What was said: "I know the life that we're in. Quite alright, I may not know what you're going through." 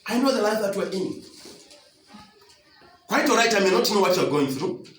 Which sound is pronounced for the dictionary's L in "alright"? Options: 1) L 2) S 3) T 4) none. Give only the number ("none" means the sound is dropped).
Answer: 4